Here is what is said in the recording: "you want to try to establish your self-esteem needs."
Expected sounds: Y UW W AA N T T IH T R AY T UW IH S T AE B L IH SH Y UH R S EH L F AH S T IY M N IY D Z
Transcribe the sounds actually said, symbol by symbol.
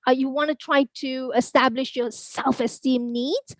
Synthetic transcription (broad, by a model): Y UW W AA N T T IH T R AY T UW IH S T AE B L IH SH Y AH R S EH L F AH S T IY M N IY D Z